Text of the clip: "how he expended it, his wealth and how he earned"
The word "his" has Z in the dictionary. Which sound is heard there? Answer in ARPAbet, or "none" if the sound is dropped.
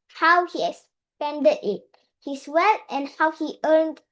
S